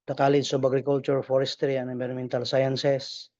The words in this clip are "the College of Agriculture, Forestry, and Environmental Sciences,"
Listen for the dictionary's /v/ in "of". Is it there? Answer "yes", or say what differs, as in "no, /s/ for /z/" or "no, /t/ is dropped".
no, /b/ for /v/